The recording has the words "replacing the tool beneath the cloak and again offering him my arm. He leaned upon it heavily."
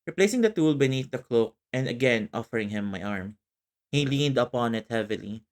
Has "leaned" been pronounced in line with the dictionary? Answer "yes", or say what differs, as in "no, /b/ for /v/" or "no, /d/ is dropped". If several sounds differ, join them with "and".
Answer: yes